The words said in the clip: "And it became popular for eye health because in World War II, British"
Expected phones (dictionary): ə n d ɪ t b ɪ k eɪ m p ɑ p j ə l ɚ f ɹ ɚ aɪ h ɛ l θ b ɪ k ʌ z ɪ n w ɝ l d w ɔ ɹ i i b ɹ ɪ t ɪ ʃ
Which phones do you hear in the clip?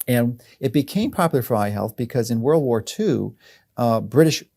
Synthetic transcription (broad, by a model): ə n ɪ t b ɪ k eɪ m p ɑ p j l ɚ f ɹ aɪ h ɛ l θ b ɪ k ʌ z ɪ n w ɝ l d w ɔ ɹ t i b ɹ ɪ t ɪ ʃ